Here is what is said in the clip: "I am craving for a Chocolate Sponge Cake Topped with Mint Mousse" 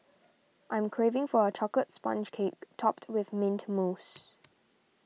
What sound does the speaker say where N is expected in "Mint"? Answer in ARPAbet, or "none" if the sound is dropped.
N